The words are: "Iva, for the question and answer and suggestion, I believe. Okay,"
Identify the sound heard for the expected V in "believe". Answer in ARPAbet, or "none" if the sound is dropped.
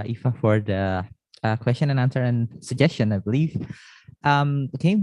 F